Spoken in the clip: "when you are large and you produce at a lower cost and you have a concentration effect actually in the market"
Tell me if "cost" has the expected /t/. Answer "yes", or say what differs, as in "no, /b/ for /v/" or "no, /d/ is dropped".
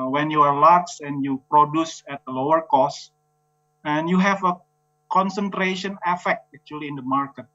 no, /t/ is dropped